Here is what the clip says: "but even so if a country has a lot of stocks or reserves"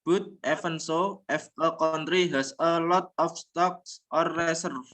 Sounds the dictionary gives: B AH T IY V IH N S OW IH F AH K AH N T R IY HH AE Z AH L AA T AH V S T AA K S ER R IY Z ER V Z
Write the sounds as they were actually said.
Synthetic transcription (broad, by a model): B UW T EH F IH N S OW IH F AH K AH N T R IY HH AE S AH L AA T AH F S T AA K S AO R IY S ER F